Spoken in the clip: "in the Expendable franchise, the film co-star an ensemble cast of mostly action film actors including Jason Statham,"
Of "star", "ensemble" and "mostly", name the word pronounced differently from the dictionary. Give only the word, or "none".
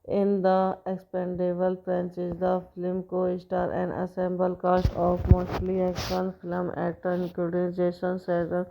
ensemble